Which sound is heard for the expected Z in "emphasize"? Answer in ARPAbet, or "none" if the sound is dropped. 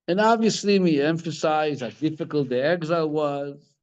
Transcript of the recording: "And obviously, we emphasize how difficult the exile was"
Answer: Z